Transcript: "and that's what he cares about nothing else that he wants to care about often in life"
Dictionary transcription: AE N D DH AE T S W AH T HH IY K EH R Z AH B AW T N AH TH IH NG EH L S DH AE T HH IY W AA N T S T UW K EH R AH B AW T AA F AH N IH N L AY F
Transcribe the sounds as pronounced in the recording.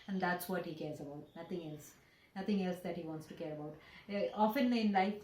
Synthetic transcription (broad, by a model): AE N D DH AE T S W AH T HH IY K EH R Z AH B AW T N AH T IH NG EH L S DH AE T HH IY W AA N T S T UW K EH R AH B AW T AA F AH N IH N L AY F